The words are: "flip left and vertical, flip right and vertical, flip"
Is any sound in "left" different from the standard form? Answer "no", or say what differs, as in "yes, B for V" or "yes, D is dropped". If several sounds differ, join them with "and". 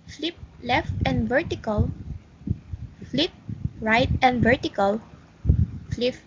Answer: no